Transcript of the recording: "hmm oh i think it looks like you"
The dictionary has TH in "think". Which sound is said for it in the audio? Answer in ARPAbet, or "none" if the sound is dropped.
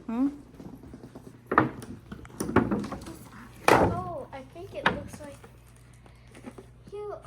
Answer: TH